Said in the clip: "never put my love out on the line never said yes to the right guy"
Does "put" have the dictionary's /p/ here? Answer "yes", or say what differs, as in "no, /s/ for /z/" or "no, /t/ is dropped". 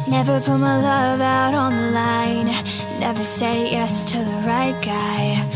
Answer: no, /b/ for /p/